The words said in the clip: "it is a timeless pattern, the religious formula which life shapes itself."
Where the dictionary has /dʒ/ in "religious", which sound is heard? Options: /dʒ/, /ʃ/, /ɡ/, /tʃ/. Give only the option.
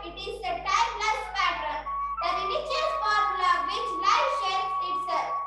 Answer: /tʃ/